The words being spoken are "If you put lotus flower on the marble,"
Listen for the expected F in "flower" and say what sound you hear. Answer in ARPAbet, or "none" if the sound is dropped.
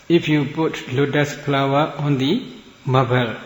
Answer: P